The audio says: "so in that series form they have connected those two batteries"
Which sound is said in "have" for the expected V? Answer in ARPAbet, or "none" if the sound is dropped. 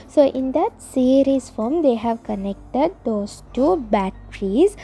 V